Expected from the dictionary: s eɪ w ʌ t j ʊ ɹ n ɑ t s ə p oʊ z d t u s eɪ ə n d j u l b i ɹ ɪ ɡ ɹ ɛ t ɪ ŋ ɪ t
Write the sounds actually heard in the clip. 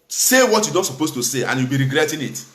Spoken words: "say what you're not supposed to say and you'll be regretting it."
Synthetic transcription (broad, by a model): s eɪ w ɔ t j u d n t s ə p oʊ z t u s eɪ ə n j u w b i ɹ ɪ ɡ ɹ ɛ t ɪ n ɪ t